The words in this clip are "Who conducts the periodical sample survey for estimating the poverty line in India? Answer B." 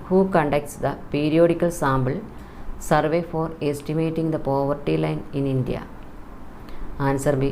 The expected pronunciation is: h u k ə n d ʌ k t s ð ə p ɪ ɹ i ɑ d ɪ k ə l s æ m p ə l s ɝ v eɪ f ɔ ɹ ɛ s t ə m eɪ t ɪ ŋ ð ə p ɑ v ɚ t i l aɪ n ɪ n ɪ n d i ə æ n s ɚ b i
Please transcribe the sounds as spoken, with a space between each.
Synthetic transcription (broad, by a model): h u k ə n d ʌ k t s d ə p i ɹ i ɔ d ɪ k ə l s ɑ m b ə l s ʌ v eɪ f ɔ ɹ ɛ s t ə m eɪ t ɪ ŋ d ə p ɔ v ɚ t i l aɪ n ɪ n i n d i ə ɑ n s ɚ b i